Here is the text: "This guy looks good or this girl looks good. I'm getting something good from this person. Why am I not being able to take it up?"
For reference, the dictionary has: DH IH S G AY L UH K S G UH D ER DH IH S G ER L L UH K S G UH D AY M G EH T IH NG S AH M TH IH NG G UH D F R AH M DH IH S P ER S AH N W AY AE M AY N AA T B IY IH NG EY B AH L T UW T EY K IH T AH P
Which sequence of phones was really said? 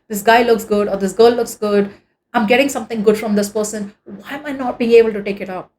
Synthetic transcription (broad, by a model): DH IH S G AY L UH K S G UH D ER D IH S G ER L L UH K S G UH D AY M G EH T IH NG S AH M T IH NG G UH D F R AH M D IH S P ER S AH N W AY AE M AY N AA T B IY IH NG EY B AH L T UW T EY K IH T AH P